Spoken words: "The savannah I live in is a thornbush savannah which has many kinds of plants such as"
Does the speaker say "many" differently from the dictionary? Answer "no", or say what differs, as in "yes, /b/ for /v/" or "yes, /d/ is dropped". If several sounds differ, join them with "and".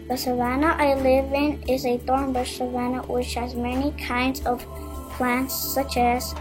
no